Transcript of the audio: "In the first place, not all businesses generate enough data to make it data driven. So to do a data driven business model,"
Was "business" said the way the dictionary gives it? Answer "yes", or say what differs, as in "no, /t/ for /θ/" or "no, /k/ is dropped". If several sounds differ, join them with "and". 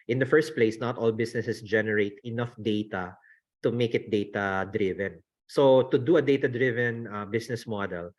no, /s/ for /z/